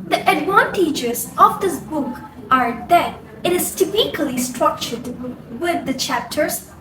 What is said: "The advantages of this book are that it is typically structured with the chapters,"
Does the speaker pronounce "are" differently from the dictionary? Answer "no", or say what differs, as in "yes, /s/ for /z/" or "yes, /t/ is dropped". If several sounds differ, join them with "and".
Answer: no